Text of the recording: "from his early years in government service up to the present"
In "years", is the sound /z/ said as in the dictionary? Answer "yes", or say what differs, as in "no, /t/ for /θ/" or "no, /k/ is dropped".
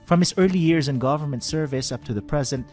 yes